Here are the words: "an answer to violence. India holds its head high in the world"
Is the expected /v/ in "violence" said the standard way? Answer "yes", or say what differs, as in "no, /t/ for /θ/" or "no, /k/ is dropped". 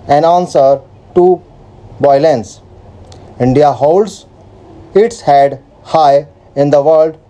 no, /b/ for /v/